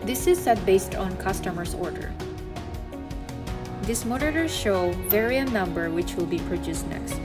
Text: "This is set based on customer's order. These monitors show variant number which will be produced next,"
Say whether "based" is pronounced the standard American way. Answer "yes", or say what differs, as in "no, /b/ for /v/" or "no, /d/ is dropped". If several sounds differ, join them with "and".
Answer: yes